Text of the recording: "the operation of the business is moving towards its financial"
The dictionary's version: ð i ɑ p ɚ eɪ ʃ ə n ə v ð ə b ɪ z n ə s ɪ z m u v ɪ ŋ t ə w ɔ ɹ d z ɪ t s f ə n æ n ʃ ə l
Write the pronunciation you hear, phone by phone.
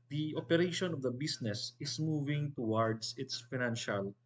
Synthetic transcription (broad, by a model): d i ɑ p ɚ eɪ ʃ ə n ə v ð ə b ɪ s n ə s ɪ s m u v ɪ ŋ t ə w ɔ ɹ d s ɪ t s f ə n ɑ n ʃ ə l